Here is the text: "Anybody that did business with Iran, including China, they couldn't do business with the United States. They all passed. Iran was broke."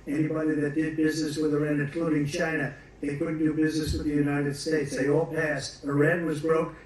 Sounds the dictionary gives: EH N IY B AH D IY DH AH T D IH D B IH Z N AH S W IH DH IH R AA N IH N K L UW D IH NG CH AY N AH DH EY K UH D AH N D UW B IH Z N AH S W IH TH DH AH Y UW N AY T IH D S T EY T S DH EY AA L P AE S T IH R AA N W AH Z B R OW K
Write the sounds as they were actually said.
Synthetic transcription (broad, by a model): EH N IY B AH D IY DH AH T D IH D B IH Z N AH S W IH DH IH R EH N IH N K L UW D IH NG CH AY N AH DH EY K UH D N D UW B IH Z N AH S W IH DH AH Y UW N AY T IH D S T EY T S DH EY AA L P AE S T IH R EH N W AH Z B R OW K